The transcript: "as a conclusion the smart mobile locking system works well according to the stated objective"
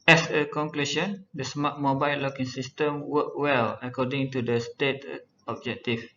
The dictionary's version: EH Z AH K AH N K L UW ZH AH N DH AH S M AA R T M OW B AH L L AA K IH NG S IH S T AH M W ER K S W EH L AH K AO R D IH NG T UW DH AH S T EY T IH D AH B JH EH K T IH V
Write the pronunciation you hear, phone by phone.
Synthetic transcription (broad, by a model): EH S AH K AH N K L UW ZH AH N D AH S M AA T M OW B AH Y L AA K IH NG S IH S T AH M W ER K W EH L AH K AO D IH NG T UW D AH S T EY T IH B JH EH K T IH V